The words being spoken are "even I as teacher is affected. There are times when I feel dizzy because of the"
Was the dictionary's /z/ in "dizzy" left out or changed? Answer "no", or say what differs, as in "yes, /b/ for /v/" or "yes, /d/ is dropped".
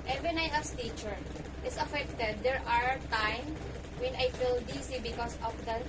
yes, /s/ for /z/